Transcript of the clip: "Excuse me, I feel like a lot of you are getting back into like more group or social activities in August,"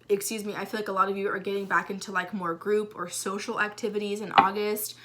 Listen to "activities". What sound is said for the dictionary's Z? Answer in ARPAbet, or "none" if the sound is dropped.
Z